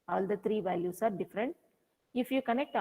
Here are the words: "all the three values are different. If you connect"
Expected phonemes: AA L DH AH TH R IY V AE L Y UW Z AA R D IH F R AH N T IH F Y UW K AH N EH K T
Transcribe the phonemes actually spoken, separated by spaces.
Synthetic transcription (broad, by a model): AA L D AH T R IY V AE L Y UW S AA R D IH F R AH N T IH F Y UW K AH N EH K T